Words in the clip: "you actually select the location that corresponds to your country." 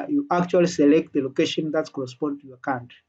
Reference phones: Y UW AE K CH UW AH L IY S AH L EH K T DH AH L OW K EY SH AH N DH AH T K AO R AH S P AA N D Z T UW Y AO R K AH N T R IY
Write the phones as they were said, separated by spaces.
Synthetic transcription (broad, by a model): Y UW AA K CH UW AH L IY S AH L EH K T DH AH L OW K EY SH AH N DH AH T K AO R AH S P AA N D T UW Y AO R K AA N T